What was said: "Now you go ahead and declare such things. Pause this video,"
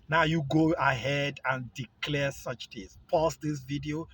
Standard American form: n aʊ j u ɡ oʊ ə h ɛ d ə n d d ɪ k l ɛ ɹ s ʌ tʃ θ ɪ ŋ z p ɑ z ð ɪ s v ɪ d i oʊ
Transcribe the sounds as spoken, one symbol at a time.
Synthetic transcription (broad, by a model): n aʊ j u ɡ oʊ ə h ɛ d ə n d d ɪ k l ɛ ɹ s ʌ tʃ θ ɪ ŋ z p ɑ s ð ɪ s v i d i oʊ